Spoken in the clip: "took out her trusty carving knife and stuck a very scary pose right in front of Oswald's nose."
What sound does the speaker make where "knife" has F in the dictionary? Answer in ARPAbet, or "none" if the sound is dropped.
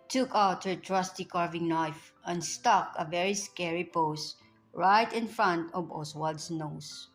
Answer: F